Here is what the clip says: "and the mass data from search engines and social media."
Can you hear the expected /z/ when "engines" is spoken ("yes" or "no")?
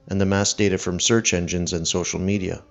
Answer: yes